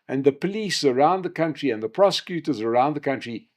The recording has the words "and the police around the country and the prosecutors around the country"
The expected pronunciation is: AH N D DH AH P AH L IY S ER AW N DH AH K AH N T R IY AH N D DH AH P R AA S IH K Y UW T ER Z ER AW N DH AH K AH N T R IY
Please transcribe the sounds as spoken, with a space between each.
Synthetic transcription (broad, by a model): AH N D DH AH P AH L IY S ER AW N DH AH K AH N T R IY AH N DH AH P R AA S IH K Y UW T ER Z ER AW N DH AH K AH N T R IY